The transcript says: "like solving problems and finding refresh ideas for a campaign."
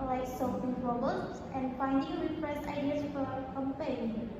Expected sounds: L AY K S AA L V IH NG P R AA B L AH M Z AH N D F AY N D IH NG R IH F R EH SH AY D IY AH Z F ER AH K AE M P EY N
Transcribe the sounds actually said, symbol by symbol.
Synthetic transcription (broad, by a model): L AY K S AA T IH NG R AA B AH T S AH N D F AY N D IH NG R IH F R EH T AY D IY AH S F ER AH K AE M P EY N